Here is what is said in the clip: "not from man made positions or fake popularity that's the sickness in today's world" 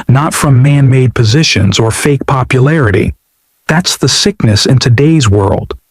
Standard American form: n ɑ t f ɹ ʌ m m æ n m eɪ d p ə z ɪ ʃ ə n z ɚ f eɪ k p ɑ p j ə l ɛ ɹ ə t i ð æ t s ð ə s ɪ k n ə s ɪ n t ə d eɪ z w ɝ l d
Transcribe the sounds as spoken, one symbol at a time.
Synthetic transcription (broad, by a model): n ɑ t f ɹ ʌ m m æ n m eɪ d p ə z ɪ ʃ ə n z ɚ f eɪ k p ɑ p j ə l ɛ ɹ ə t i ð æ t s ð ə s ɪ k n ə s ɪ n t ə d eɪ z w ɝ l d